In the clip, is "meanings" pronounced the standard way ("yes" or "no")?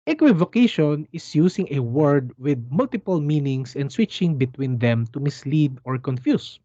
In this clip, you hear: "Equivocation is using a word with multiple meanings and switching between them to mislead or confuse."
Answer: no